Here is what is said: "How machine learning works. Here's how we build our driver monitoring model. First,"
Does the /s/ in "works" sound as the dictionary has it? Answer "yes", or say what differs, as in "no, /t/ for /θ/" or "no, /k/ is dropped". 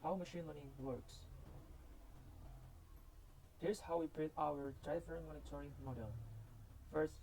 yes